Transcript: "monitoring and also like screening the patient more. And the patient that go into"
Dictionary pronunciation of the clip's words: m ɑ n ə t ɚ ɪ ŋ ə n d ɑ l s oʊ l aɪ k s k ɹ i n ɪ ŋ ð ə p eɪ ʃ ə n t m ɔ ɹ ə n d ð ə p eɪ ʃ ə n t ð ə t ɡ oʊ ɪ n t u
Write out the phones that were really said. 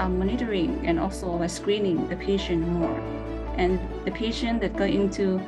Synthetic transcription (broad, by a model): m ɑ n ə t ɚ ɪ ŋ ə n ɑ l s oʊ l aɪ s k ɹ i n ɪ ŋ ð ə p eɪ ʃ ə n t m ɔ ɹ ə n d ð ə p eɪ ʃ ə n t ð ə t ɡ oʊ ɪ n t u